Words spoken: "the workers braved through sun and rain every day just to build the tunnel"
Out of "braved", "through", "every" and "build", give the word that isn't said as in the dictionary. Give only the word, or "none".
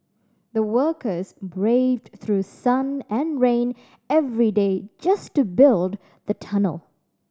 none